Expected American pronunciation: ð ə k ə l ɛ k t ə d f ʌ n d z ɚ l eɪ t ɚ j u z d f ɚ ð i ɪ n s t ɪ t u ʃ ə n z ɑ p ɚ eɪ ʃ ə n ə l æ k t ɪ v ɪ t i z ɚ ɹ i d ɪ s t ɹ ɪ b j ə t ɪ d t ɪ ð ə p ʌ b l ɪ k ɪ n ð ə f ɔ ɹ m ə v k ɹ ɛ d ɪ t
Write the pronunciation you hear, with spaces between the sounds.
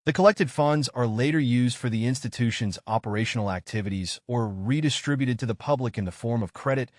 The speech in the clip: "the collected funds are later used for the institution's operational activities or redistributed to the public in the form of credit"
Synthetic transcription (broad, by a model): ð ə k ə l ɛ k t ə d f ʌ n d z ɚ l eɪ t ɚ j u z d f ɚ ð i ɪ n s t ɪ t u ʃ ə n z ɑ p ɚ eɪ ʃ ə n l æ k t ɪ v ɪ t i z ɚ ɹ i d ɪ s t ɹ ɪ b j ə t ɪ d t ɪ ð ə p ʌ b l ɪ k ɪ n ð ə f ɔ ɹ m ə v k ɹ ɛ d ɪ t